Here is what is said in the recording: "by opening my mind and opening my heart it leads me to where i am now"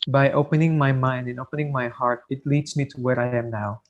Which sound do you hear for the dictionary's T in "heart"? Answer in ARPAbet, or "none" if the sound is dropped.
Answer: T